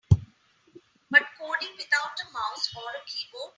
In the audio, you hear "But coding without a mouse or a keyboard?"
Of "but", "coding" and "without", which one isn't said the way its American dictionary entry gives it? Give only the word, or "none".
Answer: without